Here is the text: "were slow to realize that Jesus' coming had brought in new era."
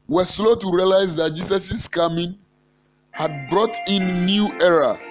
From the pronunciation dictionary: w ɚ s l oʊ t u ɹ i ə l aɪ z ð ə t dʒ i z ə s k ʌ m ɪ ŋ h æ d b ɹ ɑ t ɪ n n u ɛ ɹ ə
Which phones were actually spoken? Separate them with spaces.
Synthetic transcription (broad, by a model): w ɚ s l oʊ t u ɹ i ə l aɪ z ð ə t dʒ i s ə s k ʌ m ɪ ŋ h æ d b ɹ ɑ t ɪ n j u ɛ ɹ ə